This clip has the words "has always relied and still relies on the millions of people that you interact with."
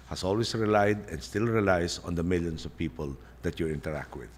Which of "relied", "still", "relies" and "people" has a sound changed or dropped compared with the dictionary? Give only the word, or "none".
relies